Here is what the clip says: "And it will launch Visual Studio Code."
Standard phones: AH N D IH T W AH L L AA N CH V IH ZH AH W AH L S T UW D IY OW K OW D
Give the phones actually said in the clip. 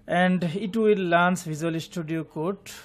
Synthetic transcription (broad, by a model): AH N D IH T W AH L L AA N S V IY Z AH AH L S T UW D IY OW K OW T